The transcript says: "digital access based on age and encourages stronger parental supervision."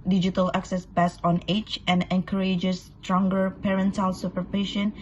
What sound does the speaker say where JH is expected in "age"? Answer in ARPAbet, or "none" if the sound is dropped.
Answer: CH